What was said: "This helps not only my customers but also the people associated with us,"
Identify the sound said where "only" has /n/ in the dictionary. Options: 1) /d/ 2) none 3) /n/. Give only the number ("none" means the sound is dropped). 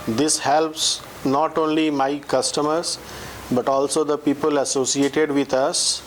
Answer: 3